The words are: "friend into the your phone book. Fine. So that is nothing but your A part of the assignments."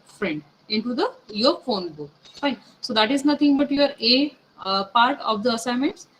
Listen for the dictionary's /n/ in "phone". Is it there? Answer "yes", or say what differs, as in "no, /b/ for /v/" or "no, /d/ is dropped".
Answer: yes